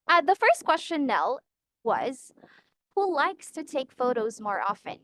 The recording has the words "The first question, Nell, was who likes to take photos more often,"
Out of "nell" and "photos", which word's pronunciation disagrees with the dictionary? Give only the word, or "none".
none